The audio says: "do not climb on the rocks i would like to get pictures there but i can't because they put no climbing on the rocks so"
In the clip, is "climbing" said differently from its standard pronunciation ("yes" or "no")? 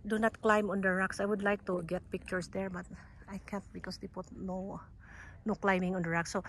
no